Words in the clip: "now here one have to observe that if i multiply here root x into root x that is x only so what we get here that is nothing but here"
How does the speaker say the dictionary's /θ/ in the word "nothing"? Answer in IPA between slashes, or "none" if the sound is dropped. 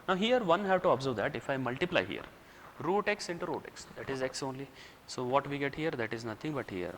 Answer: /t/